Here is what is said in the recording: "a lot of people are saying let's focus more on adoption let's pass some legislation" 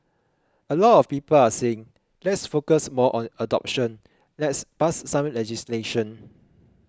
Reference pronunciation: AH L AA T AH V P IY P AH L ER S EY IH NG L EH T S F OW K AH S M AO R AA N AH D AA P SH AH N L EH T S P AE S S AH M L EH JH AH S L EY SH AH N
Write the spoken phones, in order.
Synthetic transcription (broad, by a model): AH L AA T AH F P IY P AH L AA S EY IH NG L EH T S F OW K AH S M AO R AA N AH D AA P SH AH N L EH T S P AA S S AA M L EH JH AH S L EY SH AH N